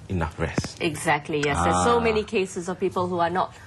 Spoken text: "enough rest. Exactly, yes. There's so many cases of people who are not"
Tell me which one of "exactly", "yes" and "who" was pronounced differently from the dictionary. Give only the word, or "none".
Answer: none